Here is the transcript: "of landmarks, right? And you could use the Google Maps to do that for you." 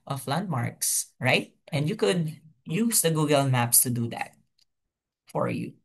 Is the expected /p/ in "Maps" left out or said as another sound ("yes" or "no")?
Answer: no